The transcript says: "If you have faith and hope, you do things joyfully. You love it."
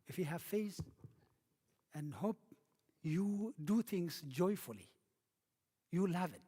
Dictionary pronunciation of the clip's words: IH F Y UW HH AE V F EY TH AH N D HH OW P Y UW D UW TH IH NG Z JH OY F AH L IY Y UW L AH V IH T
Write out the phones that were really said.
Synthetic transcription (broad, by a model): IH F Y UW HH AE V F EY S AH N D HH OW P Y UW D UW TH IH NG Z JH OY F AH L IY Y UW L AH V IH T